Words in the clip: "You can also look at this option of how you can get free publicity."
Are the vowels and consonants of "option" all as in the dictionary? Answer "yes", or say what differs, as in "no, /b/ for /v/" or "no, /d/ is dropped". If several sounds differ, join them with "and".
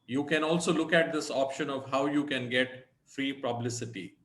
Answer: yes